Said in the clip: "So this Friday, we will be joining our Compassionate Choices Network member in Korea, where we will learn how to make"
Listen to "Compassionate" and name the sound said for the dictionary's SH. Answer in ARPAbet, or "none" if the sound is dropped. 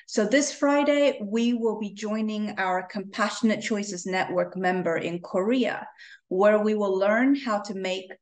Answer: SH